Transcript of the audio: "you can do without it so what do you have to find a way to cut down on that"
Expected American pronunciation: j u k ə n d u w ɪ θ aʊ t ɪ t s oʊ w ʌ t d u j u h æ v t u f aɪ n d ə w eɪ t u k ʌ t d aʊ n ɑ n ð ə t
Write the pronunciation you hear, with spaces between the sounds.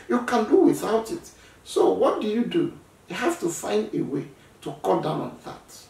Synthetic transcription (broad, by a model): j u k ə n d u w ɪ θ aʊ t ɪ t s oʊ w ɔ t d u j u h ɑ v t u f aɪ n d ə w eɪ t u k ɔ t d aʊ n ɑ n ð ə t